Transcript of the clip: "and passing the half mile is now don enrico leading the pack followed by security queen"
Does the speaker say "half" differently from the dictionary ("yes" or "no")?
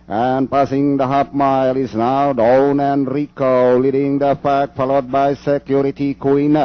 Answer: yes